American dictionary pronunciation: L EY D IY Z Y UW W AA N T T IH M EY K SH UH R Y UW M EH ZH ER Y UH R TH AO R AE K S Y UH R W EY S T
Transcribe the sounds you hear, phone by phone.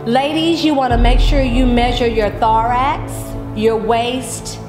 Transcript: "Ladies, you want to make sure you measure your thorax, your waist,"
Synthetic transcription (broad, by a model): L EY D IY Z Y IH W AA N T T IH M EY K SH UH R Y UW M EH ZH ER Y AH R TH AO R AE K S Y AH R W EY S T